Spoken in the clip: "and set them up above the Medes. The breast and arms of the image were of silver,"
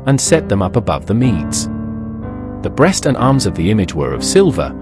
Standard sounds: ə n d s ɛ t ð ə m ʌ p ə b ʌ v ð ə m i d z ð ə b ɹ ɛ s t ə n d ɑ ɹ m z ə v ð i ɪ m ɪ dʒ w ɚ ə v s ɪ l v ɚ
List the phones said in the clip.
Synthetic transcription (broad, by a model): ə n s ɛ t ð ə m ʌ p ə b ʌ v ð ə m i d z ð ə b ɹ ɛ s t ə n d ɑ ɹ m z ə v ð i ɪ m ɪ dʒ w ɚ ə v s ɪ l v ɚ